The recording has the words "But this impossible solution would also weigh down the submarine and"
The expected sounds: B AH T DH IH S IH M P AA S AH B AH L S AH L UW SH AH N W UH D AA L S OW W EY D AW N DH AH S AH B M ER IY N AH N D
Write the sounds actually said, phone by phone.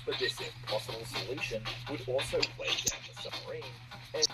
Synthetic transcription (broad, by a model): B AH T DH IH S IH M P AA S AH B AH L S AH L UW SH AH N W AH D AA L S OW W EY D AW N DH AH S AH M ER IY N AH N